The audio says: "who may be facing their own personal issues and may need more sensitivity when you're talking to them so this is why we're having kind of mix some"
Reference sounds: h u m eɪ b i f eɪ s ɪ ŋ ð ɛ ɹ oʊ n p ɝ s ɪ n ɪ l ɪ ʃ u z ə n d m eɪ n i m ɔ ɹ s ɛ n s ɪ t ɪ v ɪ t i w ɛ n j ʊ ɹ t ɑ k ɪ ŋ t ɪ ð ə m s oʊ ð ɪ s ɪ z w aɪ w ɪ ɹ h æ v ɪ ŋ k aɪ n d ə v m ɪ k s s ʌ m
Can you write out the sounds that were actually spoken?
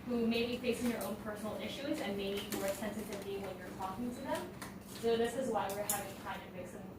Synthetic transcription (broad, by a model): h u m eɪ b i f eɪ s ɪ ŋ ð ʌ ɹ oʊ n p ɝ s n l ɪ ʃ u z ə n m eɪ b i m ɔ ɹ s ɛ n s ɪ t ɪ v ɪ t i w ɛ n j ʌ ɹ t ɑ k ɪ ŋ t ɪ ð ə m s oʊ ð ɪ s ɪ z w aɪ w ɪ ɹ h æ v ɪ ŋ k aɪ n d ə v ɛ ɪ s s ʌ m